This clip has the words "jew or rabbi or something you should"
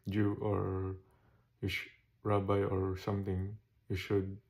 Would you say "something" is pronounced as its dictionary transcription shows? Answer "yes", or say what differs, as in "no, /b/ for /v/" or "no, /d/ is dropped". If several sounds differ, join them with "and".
no, /t/ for /θ/